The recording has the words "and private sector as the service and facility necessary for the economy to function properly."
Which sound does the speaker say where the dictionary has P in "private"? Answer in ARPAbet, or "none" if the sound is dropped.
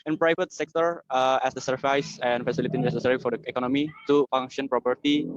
P